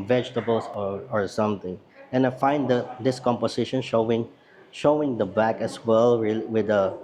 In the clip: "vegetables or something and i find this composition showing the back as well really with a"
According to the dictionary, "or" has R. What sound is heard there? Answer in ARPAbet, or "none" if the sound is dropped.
R